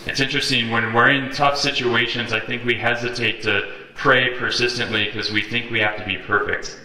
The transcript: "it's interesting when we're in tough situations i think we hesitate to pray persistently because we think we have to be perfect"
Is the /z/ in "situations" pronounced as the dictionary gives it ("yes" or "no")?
yes